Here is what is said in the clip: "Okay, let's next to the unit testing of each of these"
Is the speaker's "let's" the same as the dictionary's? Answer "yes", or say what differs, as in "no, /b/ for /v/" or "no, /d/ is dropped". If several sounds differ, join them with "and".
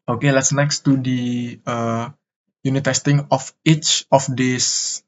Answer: yes